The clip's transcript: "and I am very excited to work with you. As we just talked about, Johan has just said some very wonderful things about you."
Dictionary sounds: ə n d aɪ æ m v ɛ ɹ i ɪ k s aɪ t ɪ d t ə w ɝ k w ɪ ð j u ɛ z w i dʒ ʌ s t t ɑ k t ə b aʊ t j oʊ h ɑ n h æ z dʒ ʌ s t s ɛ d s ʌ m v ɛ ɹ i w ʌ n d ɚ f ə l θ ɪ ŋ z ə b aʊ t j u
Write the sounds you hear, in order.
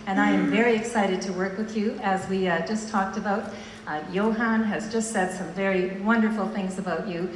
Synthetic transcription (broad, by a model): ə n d aɪ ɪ m v ɛ ɹ i ɪ k s aɪ t ɪ d t ə w ɝ k w ɪ ð j u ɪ z w i dʒ ʌ s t t ɑ k t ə b aʊ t j oʊ h ɑ n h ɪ z dʒ ʌ s t s ɛ d s ʌ m v ɛ ɹ i w ʌ n d ɚ f l θ ɪ ŋ z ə b aʊ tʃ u